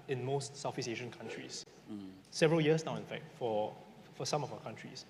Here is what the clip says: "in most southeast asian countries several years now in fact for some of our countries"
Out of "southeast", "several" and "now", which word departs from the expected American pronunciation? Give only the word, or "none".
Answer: southeast